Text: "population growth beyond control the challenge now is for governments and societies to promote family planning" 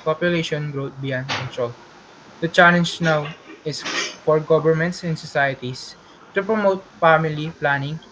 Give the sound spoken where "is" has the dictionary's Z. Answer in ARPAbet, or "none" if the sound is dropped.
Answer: S